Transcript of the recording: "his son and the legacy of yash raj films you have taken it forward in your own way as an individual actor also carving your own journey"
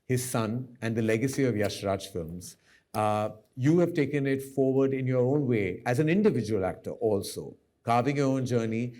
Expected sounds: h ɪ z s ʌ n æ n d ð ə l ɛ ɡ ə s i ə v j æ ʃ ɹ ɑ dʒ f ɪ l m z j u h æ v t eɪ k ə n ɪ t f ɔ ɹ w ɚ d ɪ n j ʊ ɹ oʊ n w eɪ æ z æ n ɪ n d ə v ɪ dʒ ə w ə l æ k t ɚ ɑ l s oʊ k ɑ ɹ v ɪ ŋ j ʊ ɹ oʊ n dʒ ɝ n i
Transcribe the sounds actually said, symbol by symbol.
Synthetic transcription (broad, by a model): h ɪ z s ʌ n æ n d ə l ɛ ɡ ə s i ə v j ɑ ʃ ɹ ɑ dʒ f ɪ l m z j u h æ v t eɪ k ə n ɪ t f ɔ ɹ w ɚ d ɪ n j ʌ ɹ oʊ n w eɪ æ z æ n ɪ n d ə v ɪ dʒ ə w ə l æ k t ɚ ɑ l s oʊ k ɑ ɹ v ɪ ŋ j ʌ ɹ oʊ n dʒ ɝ n i